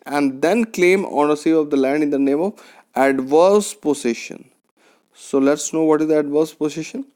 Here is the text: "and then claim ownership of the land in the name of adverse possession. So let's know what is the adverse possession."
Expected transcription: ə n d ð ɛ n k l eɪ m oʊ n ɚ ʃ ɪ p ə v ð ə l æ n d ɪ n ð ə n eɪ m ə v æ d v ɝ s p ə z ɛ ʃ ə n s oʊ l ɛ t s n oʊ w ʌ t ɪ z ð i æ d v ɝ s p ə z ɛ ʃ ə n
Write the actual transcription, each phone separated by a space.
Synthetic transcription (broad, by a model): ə n d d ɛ n k l eɪ m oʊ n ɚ s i ə v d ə l æ n d ɪ n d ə n eɪ m ə v æ d v ɝ s p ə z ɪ ʃ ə n s oʊ l ɛ t s n oʊ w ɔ t ɪ z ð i æ d v ɝ s p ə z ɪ ʃ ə n